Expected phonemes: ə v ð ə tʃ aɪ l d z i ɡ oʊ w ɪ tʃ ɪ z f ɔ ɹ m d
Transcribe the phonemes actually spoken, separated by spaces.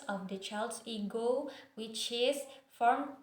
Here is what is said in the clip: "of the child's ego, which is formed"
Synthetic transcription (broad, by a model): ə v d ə tʃ aɪ l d s i ɡ oʊ w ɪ tʃ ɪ s f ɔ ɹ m